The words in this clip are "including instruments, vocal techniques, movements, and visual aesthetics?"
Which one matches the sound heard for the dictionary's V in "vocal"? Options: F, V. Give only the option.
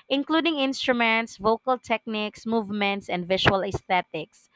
V